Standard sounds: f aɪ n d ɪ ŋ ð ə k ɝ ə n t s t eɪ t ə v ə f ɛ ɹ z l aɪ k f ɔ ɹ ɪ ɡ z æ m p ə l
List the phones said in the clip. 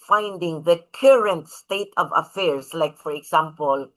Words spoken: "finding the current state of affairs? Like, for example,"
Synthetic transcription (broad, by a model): f aɪ n d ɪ ŋ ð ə k ɝ ə n t s t eɪ t ə v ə f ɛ ɹ s l aɪ k f ɔ ɹ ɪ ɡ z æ m p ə l